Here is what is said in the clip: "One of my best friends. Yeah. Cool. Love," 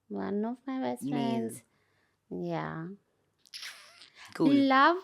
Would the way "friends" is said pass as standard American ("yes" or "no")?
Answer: yes